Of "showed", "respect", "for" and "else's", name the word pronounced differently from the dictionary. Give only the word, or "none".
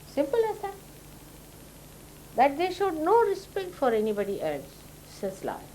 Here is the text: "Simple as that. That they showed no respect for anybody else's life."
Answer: else's